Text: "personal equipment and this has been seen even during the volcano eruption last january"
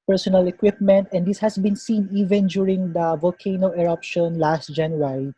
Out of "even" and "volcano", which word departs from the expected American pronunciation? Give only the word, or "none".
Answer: none